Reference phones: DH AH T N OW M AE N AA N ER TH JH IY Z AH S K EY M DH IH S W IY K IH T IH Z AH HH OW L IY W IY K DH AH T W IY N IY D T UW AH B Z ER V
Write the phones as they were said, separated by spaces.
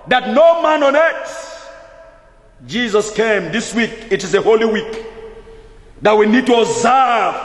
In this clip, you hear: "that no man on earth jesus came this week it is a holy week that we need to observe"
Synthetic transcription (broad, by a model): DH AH T N OW M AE N AA N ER S JH IY Z AH S K EY M DH IH S W IY K IH T IH Z AH HH OW L IY W IY K DH AH T W IY N IY D T UW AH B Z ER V